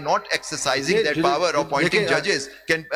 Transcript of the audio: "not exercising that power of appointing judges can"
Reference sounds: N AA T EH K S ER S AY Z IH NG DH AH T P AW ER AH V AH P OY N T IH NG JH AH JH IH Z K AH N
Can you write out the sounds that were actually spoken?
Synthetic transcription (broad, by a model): N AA T EH K S ER S AY Z IH NG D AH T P AW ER AH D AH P OY T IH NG JH AH JH IH Z K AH N